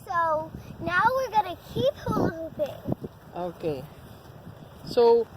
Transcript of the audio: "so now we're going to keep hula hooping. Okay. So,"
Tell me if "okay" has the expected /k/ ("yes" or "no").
yes